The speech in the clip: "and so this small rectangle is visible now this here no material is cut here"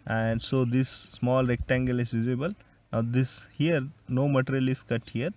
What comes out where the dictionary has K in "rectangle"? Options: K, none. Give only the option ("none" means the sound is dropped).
K